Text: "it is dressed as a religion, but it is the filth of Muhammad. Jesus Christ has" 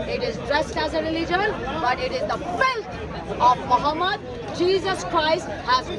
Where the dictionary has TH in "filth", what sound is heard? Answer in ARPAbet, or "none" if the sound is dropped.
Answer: T